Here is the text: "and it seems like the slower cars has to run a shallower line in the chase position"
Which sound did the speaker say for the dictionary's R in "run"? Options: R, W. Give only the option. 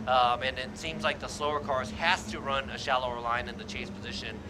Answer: R